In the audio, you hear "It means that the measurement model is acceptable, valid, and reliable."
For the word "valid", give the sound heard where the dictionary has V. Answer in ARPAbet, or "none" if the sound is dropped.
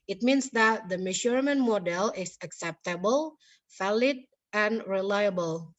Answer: F